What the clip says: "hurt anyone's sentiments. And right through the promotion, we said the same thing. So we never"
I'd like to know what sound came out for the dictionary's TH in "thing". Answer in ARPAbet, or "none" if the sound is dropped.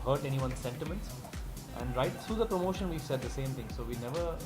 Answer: T